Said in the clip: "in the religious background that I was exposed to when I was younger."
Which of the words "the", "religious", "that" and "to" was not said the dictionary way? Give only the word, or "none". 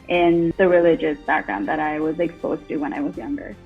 none